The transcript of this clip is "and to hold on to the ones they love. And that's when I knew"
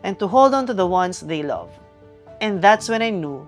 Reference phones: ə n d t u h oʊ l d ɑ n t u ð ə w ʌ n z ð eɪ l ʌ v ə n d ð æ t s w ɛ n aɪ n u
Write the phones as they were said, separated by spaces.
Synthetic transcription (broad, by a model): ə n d t u h oʊ l d ɑ n t u ð ə w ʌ n s ð eɪ l ʌ v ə n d ð æ t s w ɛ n aɪ n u